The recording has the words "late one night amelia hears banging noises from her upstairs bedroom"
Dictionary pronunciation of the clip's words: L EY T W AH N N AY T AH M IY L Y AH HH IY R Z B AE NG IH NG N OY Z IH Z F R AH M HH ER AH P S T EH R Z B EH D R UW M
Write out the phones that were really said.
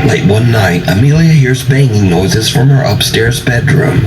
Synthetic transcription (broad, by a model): L EY T W AH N N AY T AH M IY L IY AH HH IY R Z B AE NG IH NG N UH Z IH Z F R AH M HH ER AH P S T EH R Z B EH D R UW M